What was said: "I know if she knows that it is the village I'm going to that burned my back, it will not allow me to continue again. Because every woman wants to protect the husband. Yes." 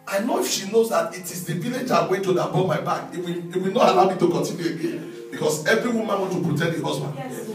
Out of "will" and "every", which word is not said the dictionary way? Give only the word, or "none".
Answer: will